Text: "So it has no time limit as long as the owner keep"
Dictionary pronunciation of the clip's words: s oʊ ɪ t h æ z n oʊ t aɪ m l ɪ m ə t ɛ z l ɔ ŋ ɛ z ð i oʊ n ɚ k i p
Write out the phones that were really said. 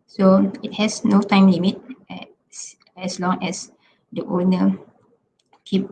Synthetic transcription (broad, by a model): s oʊ ɪ t h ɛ s n oʊ t aɪ m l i m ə t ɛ s l ɔ ŋ ɛ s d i oʊ n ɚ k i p